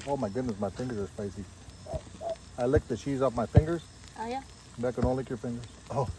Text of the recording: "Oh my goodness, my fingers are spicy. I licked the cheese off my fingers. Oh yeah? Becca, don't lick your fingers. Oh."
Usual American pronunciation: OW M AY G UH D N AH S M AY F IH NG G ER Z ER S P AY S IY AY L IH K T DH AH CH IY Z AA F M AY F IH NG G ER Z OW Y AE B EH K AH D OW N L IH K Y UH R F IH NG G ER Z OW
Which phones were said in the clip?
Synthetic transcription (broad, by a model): OW M AY G UH D N AH S M AY F IH NG G ER Z ER S P AY S IY AY L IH K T DH AH CH IY Z AA F M AY F IH NG G ER Z OW Y AE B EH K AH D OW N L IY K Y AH R F IH NG G ER Z OW